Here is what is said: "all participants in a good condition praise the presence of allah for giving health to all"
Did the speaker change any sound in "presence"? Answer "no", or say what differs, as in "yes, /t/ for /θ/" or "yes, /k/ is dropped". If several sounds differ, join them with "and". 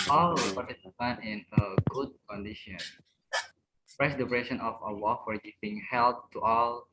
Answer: yes, /s/ is dropped